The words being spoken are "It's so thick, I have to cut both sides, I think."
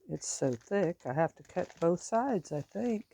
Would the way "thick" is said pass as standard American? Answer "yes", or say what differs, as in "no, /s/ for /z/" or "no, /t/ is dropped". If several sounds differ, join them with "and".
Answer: yes